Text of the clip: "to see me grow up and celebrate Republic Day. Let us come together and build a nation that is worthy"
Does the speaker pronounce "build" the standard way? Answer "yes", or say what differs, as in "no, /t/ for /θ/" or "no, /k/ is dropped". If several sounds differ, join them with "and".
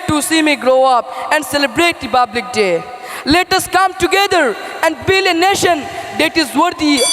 no, /d/ is dropped